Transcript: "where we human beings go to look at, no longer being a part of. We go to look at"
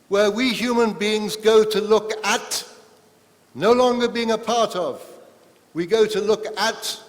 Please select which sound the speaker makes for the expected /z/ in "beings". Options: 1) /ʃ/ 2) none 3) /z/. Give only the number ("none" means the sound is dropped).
3